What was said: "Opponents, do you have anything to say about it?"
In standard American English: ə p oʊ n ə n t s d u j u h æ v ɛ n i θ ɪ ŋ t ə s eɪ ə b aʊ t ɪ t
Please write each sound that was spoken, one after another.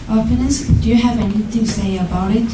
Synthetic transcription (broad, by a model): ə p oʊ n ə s d u j u h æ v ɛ n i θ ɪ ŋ s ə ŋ ə b aʊ t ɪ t